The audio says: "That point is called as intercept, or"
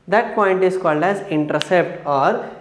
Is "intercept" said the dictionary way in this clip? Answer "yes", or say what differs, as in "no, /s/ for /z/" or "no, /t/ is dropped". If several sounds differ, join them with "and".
yes